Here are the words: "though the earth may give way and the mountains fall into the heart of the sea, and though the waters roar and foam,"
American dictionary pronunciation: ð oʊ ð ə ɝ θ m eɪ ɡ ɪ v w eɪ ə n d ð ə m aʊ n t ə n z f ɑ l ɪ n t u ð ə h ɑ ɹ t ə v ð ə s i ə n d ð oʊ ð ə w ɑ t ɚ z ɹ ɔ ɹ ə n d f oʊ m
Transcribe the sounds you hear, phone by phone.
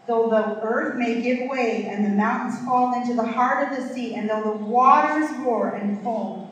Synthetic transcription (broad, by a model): ð oʊ ð ə ɝ θ m eɪ ɡ ɪ v w eɪ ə n ð ə m aʊ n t n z f ɑ l ɪ n t u ð ə h ɑ ɹ t ə v ð ə s i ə n ð oʊ ð ə w ɑ t ɚ z w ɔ ɹ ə n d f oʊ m